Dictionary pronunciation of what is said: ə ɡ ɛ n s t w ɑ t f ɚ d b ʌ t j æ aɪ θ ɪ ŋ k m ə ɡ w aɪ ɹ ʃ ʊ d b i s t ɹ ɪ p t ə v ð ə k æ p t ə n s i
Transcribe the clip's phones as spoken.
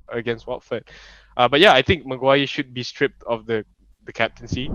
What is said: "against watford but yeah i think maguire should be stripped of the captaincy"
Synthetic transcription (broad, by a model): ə ɡ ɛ n s t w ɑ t f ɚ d b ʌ t j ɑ aɪ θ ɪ ŋ k m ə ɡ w aɪ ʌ ʃ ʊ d b i s t ɹ ɪ p t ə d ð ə k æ p t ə n s i